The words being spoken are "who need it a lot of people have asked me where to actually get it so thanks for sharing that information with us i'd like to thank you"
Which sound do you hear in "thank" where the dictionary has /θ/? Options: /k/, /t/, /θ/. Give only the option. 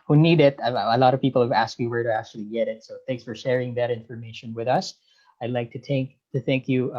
/θ/